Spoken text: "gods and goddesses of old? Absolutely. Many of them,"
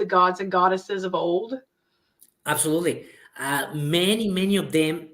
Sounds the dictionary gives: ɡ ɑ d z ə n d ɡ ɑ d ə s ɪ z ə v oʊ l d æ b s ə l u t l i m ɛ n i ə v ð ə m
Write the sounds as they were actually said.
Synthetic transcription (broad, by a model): ɡ ɑ d z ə n ɡ ɑ d ə s ɪ z ə v oʊ l d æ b s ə l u t l i m ɛ n i ə v ð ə m